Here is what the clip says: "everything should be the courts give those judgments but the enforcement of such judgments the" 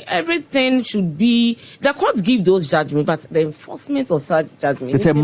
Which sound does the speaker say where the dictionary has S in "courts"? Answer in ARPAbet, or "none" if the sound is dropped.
none